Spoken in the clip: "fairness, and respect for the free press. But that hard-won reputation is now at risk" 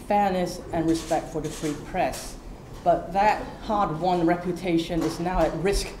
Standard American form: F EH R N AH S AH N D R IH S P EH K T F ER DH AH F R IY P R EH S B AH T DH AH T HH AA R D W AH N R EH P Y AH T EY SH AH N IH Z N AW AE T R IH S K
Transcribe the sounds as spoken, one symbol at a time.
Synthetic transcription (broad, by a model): F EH R N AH S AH N R IH S P EH K T F ER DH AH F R IY P R EH S B AH T DH AH T HH AA R D W AH N R EH P Y AH T EY SH AH N IH Z N AW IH T R IH S K